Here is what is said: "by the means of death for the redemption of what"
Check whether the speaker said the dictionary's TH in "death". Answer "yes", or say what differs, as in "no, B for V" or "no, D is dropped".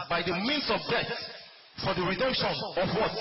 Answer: no, S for TH